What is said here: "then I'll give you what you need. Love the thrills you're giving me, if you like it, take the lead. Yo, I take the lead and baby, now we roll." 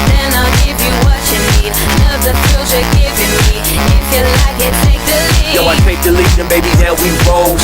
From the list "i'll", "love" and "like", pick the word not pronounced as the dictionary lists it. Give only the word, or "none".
love